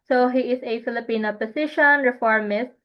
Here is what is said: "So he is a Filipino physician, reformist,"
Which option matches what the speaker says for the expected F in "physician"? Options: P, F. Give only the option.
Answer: P